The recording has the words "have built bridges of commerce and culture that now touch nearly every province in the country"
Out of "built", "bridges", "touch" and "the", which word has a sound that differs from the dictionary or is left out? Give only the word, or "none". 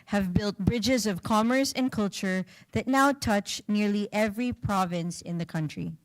none